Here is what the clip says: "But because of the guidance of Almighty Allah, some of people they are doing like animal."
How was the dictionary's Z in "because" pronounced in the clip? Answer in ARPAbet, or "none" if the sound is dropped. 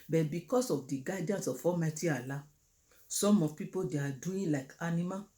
S